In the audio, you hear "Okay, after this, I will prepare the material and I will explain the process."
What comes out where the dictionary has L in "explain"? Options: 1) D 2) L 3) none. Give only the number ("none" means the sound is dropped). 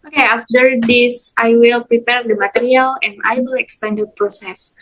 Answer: 3